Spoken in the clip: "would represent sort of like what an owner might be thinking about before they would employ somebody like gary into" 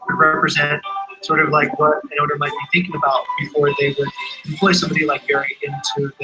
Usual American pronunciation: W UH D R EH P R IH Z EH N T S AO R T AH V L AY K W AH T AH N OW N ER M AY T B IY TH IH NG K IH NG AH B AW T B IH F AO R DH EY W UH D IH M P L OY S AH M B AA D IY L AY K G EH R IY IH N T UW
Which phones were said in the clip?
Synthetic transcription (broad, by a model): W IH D R EH P R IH Z EH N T S AO R T AH V L AY K W AH T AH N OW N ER M AY T B IY TH IH NG K IH NG AH B AW T B IH F AO R DH EY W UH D IH M P L OY S AH M B AA D IY L AY K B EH R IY IH N T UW